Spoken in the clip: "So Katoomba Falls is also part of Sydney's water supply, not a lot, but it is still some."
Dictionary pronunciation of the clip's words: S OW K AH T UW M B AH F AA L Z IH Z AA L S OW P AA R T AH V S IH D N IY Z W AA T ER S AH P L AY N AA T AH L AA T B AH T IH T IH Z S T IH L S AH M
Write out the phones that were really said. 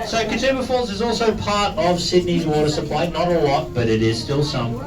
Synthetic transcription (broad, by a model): S OW K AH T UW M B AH F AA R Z IH Z AA L S OW P AA R T AH V S IH D N IY Z W AA T ER S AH P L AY N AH T AH L AA T B AH T IH T IH Z S T IH L S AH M